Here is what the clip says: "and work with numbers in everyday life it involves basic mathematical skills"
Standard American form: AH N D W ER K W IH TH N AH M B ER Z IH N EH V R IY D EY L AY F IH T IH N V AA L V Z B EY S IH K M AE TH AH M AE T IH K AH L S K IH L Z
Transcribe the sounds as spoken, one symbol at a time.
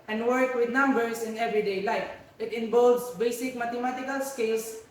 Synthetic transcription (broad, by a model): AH N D W ER K W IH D N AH M B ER S IH N EH V R IY D EY L AY F IH T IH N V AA L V S B EY S IH K M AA T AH M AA T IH K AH L S K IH L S